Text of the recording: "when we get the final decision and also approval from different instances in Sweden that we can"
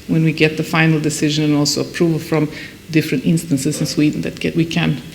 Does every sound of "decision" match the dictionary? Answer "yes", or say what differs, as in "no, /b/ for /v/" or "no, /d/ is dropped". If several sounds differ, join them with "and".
yes